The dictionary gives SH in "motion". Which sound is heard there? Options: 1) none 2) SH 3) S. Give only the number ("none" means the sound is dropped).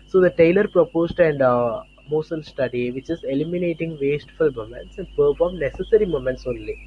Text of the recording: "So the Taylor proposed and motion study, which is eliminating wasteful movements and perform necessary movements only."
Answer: 3